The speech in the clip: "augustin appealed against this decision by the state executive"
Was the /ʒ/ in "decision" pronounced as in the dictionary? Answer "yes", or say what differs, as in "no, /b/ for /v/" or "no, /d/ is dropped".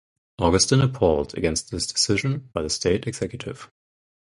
yes